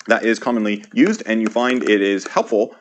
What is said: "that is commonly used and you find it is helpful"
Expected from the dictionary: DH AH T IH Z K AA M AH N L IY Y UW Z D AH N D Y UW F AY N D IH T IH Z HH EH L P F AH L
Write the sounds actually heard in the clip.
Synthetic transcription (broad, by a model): DH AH T IH Z K AA M AH N L IY Y UW Z D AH N Y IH F AY N D IH T IH Z HH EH L P F L